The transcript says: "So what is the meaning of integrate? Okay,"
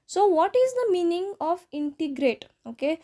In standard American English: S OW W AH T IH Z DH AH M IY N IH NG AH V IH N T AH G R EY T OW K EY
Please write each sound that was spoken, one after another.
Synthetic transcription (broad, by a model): S OW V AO T IH Z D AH M IY N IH NG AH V IH N T AH G R EY T OW K EY